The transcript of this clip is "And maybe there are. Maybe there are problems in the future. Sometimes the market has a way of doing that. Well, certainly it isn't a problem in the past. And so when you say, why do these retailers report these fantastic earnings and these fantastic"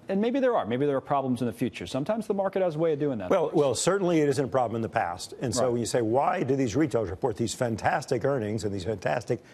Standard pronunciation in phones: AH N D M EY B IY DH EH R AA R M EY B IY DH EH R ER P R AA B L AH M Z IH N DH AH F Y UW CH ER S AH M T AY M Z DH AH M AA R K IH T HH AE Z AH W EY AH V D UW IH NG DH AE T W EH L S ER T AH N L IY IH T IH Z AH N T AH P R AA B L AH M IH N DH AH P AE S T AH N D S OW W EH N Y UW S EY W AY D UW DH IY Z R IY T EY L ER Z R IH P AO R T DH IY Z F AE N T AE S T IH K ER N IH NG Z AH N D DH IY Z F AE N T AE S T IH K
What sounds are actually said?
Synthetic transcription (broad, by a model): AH N M EY B IY DH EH R AA R M EY B IY DH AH R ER P R AA B L AH M Z IH N DH AH F Y UW CH ER S AH M T AY M Z DH AH M AA R K IH T HH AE Z AH W EY AH V D UW IH NG DH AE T W EH L S ER T N L IY IH T IH Z AH N T AH P R AA B L AH M IH N DH AH P AE S T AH N S OW W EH N Y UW S EY W AY D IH DH IY Z R IY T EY L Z R IH P AO R T DH IY Z F AE N T AE S T IH K ER N IH NG Z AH N DH IY Z F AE N T AE S T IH K